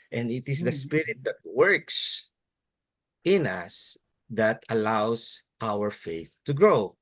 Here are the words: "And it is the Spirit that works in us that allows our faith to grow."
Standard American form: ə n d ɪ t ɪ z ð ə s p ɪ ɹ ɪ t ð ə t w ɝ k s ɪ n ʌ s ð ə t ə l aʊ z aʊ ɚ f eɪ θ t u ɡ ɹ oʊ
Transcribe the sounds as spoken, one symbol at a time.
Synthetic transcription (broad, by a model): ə n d ɪ t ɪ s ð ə s p ɪ ɹ ɪ t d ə t w ɝ k s ɪ n ʌ s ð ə t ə l aʊ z aʊ ɚ f eɪ θ t u ɡ ɹ oʊ